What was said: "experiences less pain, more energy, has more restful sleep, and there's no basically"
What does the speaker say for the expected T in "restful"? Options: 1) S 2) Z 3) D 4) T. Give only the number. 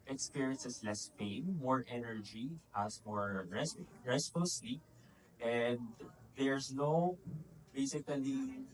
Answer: 1